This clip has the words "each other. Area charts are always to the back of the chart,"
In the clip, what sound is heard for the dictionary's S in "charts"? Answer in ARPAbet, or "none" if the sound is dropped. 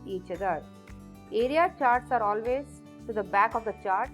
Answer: S